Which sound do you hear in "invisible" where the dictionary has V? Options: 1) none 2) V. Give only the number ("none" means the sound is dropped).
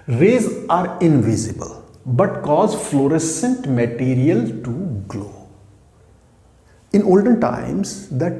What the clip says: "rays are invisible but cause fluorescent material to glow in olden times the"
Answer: 2